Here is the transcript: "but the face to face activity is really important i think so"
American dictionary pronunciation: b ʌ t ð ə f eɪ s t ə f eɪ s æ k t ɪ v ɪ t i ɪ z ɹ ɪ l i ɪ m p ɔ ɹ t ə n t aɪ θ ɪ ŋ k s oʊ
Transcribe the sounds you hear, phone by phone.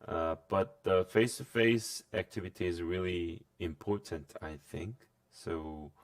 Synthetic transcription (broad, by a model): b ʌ t ð ə f eɪ s t ə f eɪ s æ k t ɪ v ɪ t i ɪ z ɹ ɪ l i ɪ m p ɔ ɹ t ə n t aɪ θ ɪ ŋ k s oʊ